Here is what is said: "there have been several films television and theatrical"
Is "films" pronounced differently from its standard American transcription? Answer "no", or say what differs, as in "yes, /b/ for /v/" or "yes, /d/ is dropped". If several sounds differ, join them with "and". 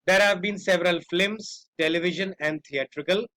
yes, /l/ is dropped